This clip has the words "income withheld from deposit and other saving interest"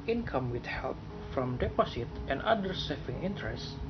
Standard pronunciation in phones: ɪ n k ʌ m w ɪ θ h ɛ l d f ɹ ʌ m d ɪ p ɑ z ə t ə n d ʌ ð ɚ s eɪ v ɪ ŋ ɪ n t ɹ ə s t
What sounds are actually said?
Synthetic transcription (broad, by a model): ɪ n k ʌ m w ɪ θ h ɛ l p f ɹ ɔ m d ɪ p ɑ s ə t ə n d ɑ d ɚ s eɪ f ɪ ŋ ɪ n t ɹ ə s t